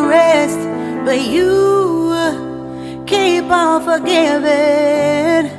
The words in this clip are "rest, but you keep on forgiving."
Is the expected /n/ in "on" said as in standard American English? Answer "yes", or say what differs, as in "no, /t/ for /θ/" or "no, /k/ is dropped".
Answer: no, /l/ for /n/